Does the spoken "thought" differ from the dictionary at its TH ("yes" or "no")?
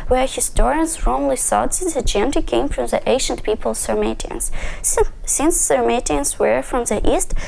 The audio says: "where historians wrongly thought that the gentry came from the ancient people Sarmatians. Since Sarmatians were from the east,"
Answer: yes